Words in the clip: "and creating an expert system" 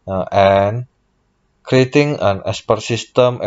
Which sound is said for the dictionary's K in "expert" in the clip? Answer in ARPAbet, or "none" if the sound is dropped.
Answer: none